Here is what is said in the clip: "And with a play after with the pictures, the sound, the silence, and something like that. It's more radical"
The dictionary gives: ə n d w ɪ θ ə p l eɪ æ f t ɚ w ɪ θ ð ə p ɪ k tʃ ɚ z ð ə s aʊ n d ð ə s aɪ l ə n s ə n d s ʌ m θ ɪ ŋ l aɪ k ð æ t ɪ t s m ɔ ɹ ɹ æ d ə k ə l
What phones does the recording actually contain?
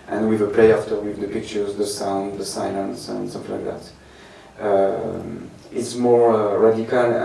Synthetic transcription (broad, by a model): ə n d w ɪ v ə p l eɪ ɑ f t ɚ w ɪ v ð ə p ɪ k tʃ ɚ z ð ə s aʊ n d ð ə s aɪ l ə n s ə n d s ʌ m f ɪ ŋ l aɪ k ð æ t ɪ t s m ɔ ɹ ɹ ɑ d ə k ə l